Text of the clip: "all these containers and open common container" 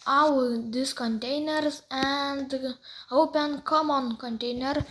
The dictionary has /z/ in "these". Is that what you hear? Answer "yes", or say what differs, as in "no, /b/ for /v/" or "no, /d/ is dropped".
no, /s/ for /z/